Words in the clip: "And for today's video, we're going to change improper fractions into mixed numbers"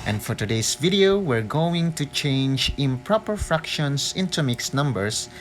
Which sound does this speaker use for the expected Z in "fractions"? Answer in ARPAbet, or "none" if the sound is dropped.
S